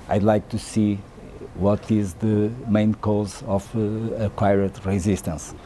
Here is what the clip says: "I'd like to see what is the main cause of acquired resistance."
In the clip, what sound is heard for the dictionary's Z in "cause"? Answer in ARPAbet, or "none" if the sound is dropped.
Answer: Z